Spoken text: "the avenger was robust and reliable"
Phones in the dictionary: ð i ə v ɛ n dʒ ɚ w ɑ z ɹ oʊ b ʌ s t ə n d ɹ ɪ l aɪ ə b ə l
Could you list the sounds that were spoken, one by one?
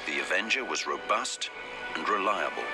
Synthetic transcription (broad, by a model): ð i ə v ɛ n dʒ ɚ w ɑ z ɹ oʊ b ʌ s t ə n ɹ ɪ l aɪ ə b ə l